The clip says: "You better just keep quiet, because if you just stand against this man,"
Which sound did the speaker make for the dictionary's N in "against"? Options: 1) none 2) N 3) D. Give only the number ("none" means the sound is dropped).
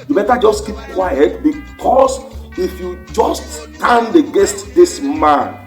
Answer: 1